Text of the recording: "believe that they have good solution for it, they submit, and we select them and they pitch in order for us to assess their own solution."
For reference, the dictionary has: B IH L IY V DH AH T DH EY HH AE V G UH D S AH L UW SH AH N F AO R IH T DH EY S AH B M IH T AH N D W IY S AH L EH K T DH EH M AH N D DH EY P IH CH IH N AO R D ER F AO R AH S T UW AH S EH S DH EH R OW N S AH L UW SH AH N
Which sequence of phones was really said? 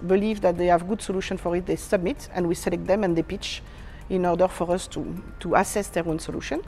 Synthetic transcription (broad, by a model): B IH L IY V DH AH T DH EY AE V G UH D S AH L UW SH AH N F AO R IH T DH EY S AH B M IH T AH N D W IY S AH L EH K T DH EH M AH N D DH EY P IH CH IH N AO R D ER F AO R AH S T UW AH S EH S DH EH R OW N S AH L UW SH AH N